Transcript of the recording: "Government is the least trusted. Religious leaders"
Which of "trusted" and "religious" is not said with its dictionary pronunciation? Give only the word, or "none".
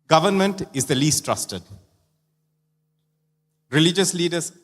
none